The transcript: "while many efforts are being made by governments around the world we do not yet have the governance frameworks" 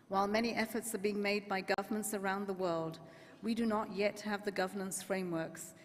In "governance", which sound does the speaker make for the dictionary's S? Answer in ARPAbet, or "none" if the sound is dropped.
S